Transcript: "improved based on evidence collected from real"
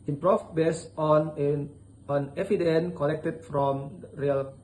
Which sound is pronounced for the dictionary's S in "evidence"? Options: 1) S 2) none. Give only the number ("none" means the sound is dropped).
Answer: 2